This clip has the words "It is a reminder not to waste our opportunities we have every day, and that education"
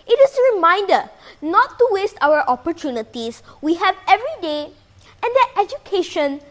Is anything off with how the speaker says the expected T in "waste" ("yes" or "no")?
no